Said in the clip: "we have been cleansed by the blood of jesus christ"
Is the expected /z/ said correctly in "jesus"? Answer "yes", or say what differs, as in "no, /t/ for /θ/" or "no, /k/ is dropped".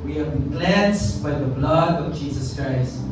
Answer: yes